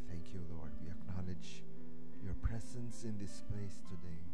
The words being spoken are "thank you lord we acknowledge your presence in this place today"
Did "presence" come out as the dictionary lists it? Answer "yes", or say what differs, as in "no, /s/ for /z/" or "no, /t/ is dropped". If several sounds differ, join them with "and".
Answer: yes